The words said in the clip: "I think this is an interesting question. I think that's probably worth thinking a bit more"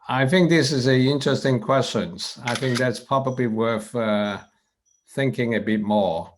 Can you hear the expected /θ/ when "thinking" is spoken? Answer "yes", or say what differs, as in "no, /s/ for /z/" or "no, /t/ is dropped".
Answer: yes